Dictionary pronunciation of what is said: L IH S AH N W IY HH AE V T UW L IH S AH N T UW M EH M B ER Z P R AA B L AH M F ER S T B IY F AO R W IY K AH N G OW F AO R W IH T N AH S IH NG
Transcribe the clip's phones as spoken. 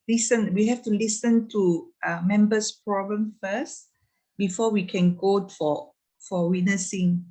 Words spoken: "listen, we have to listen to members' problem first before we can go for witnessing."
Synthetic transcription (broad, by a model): L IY S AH N W IY HH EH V T UW L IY S AH N T UW M EH M B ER S P R AA B L AH M F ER S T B IY F AO W IY K AH N G OW F AO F W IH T N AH S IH NG